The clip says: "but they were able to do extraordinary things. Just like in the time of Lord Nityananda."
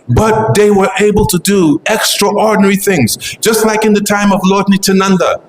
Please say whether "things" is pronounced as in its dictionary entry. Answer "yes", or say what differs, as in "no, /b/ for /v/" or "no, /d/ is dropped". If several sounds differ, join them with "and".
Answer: yes